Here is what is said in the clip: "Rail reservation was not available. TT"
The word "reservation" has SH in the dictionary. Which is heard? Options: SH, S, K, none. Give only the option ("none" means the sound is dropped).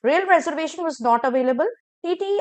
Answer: SH